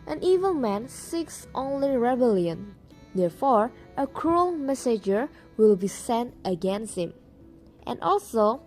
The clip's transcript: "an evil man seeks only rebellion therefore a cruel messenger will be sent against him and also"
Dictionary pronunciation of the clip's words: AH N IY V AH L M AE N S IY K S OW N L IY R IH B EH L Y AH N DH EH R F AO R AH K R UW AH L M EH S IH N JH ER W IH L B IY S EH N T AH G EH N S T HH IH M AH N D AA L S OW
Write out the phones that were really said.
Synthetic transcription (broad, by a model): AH N IY V AH L M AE N S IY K S OW N L IY R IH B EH L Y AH N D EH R F AO R AH K R UW AH L M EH S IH JH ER W IH L B IY S EH N T AH G EH N S T HH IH M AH N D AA L S OW